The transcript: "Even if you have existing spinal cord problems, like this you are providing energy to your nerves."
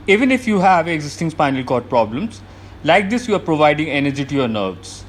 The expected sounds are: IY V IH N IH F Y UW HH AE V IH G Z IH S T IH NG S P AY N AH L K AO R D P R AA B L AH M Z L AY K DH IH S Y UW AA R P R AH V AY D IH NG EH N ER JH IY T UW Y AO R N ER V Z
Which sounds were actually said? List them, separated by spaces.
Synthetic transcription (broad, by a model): IY V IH N IH F Y UW HH AE V IH G Z IH S T IH NG S P AY N AH L K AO R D P R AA B L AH M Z L AY K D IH S Y UW AA R P R AH V AY D IH NG EH N ER JH IY T UW Y AO R N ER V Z